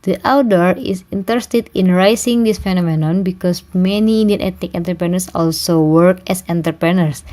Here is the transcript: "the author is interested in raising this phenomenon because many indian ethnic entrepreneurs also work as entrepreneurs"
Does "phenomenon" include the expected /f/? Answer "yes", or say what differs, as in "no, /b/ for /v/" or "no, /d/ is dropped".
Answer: yes